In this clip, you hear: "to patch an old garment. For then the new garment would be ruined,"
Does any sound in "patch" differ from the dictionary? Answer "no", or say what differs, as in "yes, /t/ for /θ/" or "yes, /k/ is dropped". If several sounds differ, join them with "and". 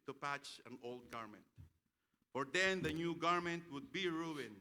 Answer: no